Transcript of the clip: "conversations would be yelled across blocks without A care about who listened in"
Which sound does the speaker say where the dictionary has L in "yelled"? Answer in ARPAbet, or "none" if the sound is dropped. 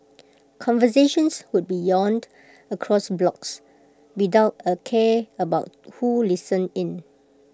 N